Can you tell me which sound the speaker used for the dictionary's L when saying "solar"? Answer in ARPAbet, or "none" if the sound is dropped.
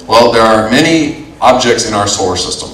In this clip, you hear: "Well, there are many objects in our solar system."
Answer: none